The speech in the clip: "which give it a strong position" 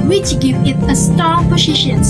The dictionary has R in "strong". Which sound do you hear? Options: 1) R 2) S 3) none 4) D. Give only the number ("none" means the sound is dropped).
3